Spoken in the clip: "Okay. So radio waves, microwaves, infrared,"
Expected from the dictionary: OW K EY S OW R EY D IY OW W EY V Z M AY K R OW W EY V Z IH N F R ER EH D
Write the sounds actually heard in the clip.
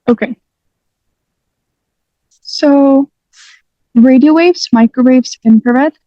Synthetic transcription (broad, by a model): OW K EY S OW R EY D IY OW W EY V Z M AY K R OW W EY V Z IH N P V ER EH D